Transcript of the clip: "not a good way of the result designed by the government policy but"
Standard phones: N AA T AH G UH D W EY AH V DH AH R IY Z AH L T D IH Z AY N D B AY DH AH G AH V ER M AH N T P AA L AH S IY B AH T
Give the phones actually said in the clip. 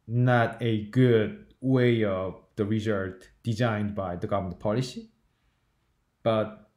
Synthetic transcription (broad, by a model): N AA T AH G UH D W EY AH V DH AH R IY Z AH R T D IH Z AY N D B AY DH AH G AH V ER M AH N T P AA L AH S IY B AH T